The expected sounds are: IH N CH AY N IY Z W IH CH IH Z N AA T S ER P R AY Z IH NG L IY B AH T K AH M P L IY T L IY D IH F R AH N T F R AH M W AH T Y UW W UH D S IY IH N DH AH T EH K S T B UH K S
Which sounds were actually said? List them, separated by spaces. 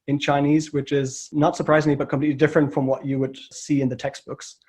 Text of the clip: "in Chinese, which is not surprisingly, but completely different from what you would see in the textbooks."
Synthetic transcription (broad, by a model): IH N CH AY N IY Z W IH CH IH Z N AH T S ER P R AY Z IH NG L IY B AH T K AH M P L IY T L IY D IH F R AH N T F R AH M W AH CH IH W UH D S IY IH N DH AH T EH K S T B UH K S